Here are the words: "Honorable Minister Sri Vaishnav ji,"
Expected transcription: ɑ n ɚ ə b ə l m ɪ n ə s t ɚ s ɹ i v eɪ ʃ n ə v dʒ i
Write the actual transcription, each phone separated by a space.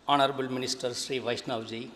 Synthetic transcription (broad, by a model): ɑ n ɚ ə b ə l m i n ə s t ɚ s ɹ i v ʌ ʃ n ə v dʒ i